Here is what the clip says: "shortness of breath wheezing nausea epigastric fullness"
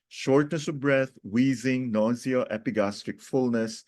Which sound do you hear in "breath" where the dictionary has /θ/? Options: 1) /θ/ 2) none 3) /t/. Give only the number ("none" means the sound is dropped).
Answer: 3